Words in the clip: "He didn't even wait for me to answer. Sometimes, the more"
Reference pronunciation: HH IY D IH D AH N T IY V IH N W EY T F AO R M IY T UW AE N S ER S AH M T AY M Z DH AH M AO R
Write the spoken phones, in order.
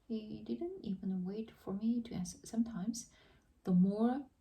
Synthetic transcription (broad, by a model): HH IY D IH D AH N T IY V IH N W EY T F AO R M IY T UW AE S S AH M T AY M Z DH AH M AO R